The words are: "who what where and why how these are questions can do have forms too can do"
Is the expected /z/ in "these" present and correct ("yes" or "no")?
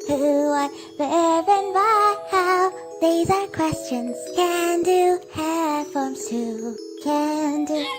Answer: yes